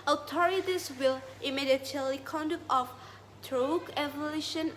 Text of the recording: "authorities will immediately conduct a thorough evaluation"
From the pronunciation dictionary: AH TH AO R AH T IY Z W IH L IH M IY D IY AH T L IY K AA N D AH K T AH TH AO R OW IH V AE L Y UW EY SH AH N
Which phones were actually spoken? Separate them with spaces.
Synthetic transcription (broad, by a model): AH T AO R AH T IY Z W IH L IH M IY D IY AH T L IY K AA N D AH K T AH F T R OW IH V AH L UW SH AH N